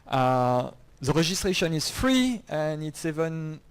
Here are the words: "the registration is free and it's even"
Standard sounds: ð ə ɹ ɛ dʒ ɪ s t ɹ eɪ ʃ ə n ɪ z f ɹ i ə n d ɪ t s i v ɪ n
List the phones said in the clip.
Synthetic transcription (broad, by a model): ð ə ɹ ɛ ʒ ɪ s t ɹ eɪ ʃ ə n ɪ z f ɹ i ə n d ɪ t s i v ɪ n